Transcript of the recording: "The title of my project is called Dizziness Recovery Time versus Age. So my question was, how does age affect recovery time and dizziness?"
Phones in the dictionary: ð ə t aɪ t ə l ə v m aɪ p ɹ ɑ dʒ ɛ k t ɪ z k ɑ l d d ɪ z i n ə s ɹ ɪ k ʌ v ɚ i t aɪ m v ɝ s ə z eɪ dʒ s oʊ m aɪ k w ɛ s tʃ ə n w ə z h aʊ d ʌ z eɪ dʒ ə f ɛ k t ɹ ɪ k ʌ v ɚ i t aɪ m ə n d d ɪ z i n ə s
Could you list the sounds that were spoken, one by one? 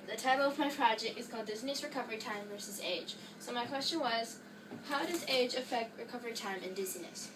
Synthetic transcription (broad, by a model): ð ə t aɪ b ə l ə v m aɪ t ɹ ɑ dʒ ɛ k ɪ z k ɑ l d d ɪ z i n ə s ɹ ɪ k ʌ v ɚ i t aɪ m v ɝ s ə z eɪ dʒ s oʊ m aɪ k w ɛ s tʃ ə n w ə z h aʊ d ʌ z eɪ dʒ ə f ɛ k t ɹ ɪ k ʌ v ɚ i t aɪ m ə n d d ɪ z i n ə s